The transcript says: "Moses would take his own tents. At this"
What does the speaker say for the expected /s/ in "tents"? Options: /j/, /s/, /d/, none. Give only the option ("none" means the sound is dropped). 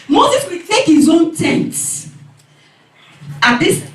none